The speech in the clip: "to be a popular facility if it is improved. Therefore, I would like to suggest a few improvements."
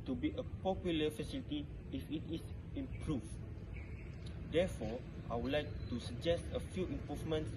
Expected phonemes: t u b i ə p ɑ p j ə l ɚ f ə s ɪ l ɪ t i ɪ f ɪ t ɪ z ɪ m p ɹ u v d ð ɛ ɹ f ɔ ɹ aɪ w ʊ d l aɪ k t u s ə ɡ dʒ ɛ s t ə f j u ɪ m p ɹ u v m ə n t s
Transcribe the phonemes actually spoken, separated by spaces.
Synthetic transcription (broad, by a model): t u b i ə p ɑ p j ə l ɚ f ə s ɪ l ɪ t i ɪ f ɪ t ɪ s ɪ m p ɹ u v d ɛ f ɔ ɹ aɪ w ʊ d l aɪ k t u s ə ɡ dʒ ɛ s t ə f j u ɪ m p ɹ u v m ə n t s